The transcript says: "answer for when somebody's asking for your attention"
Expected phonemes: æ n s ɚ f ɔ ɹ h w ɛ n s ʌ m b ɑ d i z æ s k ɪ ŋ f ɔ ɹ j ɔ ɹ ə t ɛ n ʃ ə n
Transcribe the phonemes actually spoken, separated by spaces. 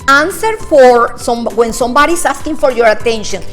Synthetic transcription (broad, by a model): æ n s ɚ f ɔ ɹ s w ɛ n s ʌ m b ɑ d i s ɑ s k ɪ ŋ f ɔ ɹ j ɔ ɹ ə t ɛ n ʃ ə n